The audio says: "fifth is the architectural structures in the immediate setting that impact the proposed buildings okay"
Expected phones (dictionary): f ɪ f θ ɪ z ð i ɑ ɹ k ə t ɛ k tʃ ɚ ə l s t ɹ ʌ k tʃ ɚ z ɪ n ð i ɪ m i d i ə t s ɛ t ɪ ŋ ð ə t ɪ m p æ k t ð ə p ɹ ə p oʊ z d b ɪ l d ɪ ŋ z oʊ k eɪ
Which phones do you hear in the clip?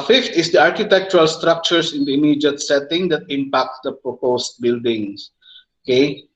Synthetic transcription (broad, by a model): f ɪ f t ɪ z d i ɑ ɹ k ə t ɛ k tʃ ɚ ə l s t ɹ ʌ k tʃ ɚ s ɪ n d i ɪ m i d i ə t s ɛ t ɪ ŋ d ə t ɪ m p æ k t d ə p ɹ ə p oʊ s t b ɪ l d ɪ ŋ s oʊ k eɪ